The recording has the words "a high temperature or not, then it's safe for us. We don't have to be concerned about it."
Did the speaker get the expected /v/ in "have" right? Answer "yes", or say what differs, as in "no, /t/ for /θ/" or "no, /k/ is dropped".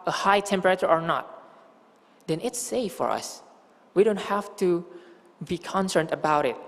no, /f/ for /v/